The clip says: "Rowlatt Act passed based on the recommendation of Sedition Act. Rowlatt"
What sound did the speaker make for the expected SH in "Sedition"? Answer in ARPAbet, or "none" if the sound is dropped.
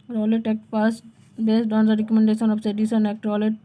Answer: S